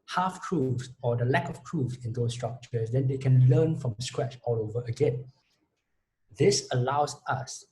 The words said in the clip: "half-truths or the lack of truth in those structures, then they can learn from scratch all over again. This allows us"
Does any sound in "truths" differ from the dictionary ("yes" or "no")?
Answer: yes